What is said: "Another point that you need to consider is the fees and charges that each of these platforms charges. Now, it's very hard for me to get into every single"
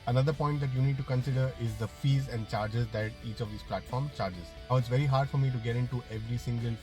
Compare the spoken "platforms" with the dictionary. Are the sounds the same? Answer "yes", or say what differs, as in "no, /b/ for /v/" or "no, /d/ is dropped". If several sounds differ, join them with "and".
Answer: no, /z/ is dropped